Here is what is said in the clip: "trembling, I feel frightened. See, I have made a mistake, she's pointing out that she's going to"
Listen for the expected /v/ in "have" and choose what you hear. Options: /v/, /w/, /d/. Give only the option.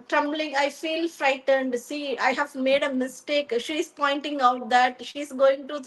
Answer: /v/